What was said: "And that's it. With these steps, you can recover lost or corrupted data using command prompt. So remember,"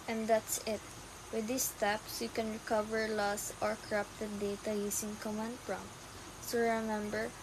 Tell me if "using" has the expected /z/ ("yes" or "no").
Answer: no